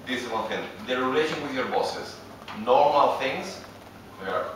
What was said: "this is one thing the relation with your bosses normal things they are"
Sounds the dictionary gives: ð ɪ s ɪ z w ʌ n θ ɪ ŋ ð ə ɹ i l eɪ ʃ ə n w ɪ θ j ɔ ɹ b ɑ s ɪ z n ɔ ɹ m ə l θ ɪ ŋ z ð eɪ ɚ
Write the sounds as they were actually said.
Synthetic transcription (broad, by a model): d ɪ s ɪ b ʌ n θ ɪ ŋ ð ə ɹ i l eɪ ʃ ə n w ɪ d j ɔ ɹ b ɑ s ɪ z n ɔ ɹ m ə l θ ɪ ŋ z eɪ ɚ